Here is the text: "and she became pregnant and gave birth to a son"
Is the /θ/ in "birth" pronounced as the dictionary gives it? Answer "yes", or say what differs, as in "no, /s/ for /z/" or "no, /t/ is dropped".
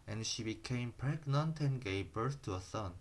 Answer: no, /s/ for /θ/